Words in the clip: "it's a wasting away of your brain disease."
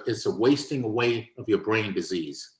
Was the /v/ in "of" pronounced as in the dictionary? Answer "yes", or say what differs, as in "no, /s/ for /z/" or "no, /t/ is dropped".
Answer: yes